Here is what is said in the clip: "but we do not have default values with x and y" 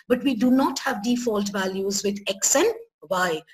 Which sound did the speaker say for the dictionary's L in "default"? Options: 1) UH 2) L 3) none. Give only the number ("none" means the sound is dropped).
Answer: 2